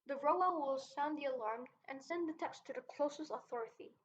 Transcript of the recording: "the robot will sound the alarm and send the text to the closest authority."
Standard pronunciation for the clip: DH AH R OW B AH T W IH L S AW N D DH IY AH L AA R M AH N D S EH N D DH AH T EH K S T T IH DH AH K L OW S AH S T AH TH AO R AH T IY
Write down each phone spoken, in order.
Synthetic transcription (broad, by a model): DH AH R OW AH W IH L S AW N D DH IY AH L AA R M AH N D S EH N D DH AH T EH K S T T IH DH AH K L OW S AH S T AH TH AO R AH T IY